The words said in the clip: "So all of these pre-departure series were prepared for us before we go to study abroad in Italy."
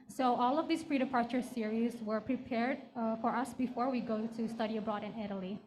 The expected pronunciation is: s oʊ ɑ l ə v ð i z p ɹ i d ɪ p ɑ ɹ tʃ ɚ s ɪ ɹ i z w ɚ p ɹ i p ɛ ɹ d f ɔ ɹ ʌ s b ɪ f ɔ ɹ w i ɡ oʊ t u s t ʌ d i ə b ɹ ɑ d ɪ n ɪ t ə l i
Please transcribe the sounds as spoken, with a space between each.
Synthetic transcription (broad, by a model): s oʊ ɑ l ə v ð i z p ɹ i d ɪ p ɑ ɹ tʃ ɚ s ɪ ɹ i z w ɚ p ɹ i p ɛ ɹ d f ɔ ɹ ʌ s b ɪ f ɔ ɹ w i ɡ oʊ t u s t ʌ d i ə b ɹ ɑ d ɪ n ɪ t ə l i